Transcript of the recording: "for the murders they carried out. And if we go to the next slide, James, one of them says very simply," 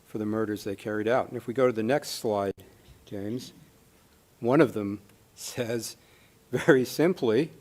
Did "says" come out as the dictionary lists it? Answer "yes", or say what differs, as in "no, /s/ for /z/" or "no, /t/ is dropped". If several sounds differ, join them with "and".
yes